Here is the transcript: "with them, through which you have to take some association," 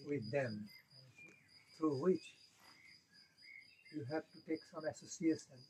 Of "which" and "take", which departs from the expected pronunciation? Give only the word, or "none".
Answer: none